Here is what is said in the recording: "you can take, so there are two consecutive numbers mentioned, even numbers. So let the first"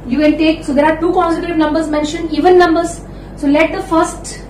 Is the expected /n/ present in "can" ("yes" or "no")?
no